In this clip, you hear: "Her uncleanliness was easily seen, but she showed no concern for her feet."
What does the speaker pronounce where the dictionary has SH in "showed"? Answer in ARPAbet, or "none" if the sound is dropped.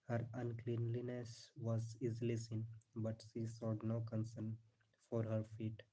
S